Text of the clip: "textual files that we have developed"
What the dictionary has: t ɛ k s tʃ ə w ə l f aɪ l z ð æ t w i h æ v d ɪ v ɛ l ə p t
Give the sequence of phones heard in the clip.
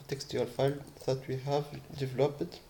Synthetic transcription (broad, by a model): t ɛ k s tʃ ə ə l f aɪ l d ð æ t w i h æ v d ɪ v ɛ l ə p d